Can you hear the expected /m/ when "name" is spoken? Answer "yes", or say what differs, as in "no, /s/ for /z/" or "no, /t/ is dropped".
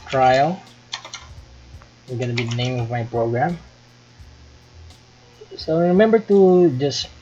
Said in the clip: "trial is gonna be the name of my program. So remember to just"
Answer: yes